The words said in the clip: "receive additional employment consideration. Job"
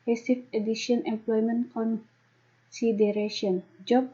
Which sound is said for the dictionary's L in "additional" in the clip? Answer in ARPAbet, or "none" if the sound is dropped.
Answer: N